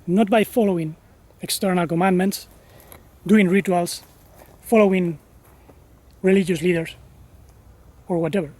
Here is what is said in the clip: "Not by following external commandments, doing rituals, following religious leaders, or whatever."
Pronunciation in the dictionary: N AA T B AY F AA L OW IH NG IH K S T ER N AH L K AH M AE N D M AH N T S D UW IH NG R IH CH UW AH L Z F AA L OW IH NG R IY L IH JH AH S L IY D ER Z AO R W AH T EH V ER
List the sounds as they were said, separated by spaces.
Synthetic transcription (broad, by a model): N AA T B AY F AA L OW IH NG IH K S T ER N AH L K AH M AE N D M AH N T S D UW IH NG R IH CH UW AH L S F AA L OW IH NG R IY L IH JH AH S L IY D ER S AO R W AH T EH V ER